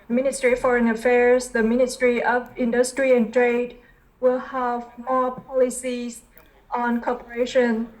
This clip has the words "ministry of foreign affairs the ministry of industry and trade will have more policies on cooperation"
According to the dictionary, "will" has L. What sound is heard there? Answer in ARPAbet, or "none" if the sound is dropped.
L